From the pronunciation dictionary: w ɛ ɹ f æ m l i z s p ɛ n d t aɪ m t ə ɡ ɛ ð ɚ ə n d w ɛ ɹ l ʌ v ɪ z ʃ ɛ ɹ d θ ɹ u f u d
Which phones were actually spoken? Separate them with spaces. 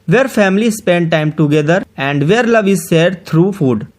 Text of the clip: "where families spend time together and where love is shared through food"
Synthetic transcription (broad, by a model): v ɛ ɹ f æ m l i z s p ɛ n d t aɪ m t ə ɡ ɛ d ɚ ə n d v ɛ ɹ l ʌ v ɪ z s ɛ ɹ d t ɹ u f u d